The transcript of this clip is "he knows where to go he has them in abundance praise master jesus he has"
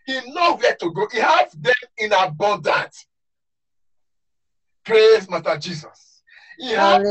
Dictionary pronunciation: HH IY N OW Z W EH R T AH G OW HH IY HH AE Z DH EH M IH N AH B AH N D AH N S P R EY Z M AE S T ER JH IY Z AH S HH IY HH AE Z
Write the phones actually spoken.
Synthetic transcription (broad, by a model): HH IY N OW W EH T AH G OW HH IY HH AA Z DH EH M IH N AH B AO N D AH N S P R EY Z M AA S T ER JH IY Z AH S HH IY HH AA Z